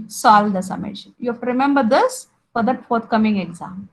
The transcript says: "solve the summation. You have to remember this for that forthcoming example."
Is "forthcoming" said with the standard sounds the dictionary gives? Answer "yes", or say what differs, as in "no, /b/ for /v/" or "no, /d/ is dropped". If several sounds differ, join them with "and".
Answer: no, /t/ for /θ/